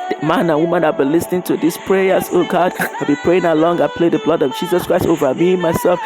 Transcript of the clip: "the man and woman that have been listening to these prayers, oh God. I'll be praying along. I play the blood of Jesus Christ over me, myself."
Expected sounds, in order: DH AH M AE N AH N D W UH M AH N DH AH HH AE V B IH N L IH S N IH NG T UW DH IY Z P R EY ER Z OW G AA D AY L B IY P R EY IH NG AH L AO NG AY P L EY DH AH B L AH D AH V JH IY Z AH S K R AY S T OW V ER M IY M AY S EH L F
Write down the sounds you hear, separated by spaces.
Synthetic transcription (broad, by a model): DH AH M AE N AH N W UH M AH N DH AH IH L B IH N L IH S N IH NG T UW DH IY S P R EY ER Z OW G AA D AY L B IY P R EY IH NG AH L AO NG AY P L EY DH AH B L AH D AH V JH IY Z AH S K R AY S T OW V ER M IY M AY S EH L F